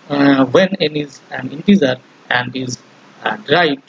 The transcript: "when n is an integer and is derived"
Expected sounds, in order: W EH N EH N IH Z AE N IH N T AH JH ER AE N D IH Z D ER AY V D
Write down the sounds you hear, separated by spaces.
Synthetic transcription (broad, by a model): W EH N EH N IH Z AE N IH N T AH Z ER AE N D IH Z D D AY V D